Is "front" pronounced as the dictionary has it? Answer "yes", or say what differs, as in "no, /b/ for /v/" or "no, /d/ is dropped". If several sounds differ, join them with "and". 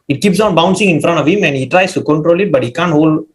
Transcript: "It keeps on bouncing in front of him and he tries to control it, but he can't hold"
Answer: yes